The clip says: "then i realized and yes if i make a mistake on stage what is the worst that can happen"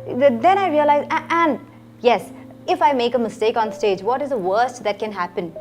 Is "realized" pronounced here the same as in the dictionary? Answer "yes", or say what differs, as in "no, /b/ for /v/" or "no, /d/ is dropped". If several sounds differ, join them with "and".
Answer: no, /d/ is dropped